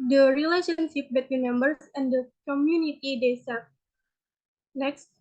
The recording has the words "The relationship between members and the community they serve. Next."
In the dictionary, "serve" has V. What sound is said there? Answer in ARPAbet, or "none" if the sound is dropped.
P